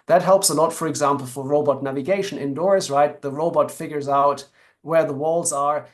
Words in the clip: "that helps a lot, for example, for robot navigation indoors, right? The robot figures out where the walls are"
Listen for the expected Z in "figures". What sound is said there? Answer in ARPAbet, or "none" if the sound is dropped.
Z